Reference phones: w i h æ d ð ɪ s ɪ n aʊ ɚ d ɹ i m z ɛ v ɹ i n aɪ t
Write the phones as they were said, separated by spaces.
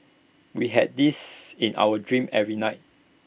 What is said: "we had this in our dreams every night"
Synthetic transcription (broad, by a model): w i h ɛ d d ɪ s ɪ n aʊ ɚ d ɹ i m ɛ v ɹ i n aɪ t